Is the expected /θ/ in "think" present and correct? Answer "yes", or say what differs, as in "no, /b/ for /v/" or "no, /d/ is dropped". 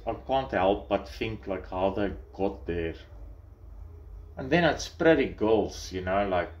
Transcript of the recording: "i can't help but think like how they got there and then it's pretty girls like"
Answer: no, /f/ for /θ/